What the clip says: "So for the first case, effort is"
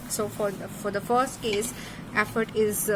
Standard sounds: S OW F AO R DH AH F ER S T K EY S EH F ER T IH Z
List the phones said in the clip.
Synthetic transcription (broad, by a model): S OW F AO R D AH F ER S T K EY S EH F ER T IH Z